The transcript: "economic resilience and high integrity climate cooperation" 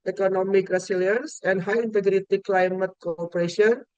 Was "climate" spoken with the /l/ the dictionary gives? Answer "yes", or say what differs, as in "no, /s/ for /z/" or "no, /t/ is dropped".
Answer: yes